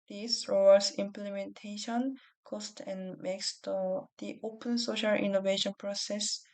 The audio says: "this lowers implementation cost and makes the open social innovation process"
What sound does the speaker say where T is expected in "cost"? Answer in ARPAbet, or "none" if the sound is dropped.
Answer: T